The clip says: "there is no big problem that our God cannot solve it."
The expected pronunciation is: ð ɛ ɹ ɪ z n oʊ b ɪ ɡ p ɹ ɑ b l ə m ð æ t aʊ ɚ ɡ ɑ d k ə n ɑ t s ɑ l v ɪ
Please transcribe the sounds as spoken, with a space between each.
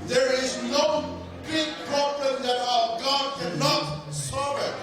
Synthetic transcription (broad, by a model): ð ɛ ɹ ɪ z n oʊ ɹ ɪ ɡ p ɹ ɑ b l ə m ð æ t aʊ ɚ ɡ ɑ d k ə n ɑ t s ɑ v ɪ